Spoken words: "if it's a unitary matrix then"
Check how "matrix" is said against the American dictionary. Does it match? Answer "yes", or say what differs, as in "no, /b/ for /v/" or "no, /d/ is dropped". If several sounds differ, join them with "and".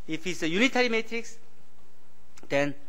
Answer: yes